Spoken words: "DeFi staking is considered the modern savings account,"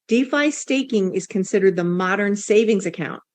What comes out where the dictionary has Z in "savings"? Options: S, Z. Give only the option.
Z